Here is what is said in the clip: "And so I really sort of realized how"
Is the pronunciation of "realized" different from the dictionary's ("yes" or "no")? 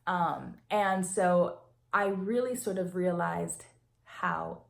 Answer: no